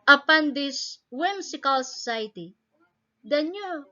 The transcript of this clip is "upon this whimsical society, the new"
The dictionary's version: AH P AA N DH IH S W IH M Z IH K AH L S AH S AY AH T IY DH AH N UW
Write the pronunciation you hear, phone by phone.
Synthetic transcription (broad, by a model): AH P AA N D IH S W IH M S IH K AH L S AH S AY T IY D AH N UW